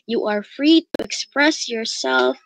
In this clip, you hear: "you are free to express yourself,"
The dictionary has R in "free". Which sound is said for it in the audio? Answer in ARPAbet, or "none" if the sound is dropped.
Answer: R